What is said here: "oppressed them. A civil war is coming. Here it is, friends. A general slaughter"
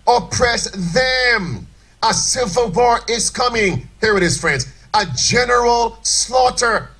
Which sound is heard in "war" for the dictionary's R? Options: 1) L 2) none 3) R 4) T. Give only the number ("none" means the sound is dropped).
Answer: 3